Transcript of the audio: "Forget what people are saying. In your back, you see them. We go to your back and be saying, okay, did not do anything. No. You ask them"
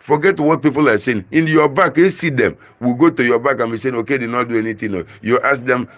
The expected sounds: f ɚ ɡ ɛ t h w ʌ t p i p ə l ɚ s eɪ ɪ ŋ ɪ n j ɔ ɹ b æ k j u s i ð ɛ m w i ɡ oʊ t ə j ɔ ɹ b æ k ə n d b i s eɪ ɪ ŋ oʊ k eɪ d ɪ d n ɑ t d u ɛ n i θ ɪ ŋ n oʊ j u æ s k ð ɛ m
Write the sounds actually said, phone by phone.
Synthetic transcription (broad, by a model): f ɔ ɡ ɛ t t w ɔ t p i p ə l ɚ s eɪ ɪ ŋ ɪ n j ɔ b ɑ k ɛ s i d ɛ m w i ɡ oʊ t ə j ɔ b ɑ k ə n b i s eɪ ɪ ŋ oʊ k eɪ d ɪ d n ɑ t d u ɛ n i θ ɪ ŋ n oʊ j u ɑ s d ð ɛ m